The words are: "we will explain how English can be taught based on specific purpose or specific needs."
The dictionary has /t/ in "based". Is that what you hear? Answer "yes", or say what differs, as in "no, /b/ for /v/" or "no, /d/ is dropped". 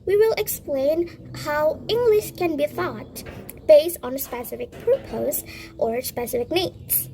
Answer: yes